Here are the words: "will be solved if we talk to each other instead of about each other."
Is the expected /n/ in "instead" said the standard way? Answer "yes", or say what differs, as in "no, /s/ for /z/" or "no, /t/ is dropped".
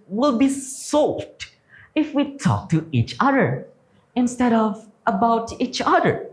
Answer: yes